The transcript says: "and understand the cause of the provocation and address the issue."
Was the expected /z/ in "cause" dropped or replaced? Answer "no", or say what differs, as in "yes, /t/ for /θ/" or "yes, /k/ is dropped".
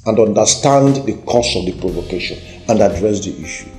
yes, /s/ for /z/